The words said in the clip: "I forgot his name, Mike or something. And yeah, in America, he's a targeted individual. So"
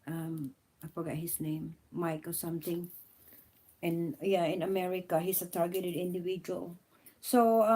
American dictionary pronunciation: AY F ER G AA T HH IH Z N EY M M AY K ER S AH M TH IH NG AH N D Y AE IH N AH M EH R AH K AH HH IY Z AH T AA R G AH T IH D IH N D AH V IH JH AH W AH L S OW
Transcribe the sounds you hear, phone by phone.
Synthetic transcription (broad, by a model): AY F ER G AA T HH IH S N EY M M AY K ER S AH M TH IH NG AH N Y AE IH N AH M EH R AH K AH HH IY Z AH T AA R G AH T IH D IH N D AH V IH JH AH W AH L S OW